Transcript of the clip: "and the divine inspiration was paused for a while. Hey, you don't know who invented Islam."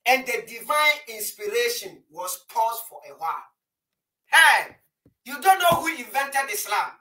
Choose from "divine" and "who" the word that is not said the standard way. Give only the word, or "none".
none